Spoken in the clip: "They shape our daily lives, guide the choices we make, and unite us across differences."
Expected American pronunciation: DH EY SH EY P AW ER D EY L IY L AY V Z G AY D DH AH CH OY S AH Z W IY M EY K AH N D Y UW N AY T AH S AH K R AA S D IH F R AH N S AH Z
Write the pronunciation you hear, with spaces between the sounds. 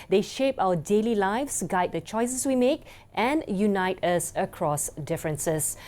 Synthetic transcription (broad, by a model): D EY SH EY P AW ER D EY L IY L AY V S G AY D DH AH CH OY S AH S W IY M EY K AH N Y UW N AY T AH S AH K R AA S D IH F R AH N S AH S